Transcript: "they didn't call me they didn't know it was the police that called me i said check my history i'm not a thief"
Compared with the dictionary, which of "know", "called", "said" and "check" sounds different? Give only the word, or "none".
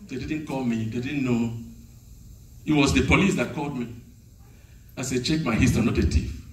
none